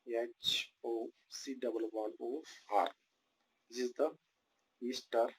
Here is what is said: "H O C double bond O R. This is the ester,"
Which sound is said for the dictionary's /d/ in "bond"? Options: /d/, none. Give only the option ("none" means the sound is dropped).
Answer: none